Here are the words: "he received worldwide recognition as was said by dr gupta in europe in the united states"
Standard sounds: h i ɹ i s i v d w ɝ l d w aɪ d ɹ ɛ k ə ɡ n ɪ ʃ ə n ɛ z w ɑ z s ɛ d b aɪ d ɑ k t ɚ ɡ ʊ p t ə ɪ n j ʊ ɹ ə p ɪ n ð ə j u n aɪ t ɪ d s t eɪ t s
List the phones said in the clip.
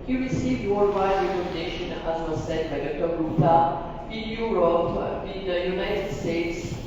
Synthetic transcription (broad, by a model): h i ɹ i s i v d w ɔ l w aɪ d ɹ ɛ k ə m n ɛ ʃ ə n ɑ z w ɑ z s ɛ d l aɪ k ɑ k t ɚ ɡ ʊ t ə ɪ n j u ɹ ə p ɪ n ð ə j u n aɪ t ɪ d s t eɪ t s